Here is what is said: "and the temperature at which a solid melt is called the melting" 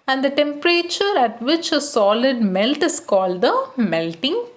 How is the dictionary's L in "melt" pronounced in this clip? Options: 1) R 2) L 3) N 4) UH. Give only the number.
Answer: 2